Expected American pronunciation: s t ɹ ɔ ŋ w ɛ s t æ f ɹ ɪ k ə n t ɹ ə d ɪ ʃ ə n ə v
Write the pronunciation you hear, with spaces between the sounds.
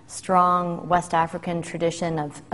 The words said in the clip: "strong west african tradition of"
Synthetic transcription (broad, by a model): s t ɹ ɔ ŋ w ɛ s t æ f ɹ ɪ k ə n t ɹ ə d ɪ ʃ ə n ə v